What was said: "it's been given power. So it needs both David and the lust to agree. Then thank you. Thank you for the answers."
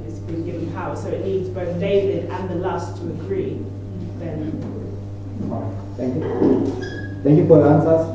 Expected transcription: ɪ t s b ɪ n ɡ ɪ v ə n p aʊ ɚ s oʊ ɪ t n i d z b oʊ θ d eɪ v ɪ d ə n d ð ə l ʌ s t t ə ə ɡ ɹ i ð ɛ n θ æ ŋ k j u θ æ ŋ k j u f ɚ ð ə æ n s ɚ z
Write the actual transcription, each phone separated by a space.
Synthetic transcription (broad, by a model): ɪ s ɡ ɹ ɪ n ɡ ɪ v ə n p aʊ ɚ s oʊ ɪ t n i d z b oʊ θ d eɪ v ɪ d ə n ð ə l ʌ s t t ə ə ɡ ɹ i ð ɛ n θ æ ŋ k j u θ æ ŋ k j u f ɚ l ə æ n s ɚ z